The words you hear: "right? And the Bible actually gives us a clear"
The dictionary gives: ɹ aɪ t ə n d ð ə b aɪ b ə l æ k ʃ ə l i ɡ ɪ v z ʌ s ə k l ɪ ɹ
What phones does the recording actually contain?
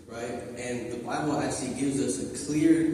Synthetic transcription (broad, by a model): ɹ aɪ t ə n ð ə b aɪ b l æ k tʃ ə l i ɡ ɪ v z ʌ s ə k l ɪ ɹ